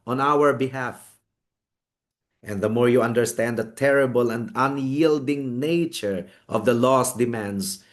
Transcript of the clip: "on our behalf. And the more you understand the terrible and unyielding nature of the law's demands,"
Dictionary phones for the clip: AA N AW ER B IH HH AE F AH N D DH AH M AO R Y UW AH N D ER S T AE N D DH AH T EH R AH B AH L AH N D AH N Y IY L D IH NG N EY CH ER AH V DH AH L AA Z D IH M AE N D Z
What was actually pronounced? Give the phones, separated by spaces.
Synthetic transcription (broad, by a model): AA N AW ER B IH HH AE F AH N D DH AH M AO R Y UW AH N D ER S T AE N D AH T EH R AH B AH L AH N D AH N Y IY L D IH NG N EY CH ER AH V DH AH L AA S D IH M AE N D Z